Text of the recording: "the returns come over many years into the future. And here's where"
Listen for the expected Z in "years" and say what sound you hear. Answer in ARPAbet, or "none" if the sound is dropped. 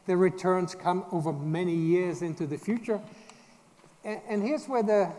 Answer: Z